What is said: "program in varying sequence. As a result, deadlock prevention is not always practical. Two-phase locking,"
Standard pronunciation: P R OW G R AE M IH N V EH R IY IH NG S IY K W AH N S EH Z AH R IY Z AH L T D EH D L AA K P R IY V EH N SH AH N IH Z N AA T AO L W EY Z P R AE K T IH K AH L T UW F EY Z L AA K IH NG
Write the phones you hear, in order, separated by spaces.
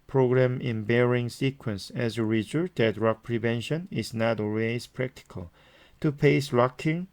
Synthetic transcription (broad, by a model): P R OW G R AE M IH N B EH R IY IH NG S IY K W AH N S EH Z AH R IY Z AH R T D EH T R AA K P R IY V EH N SH AH N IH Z N AA T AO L W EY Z P R AE K T IH K AH L T UW P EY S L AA K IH NG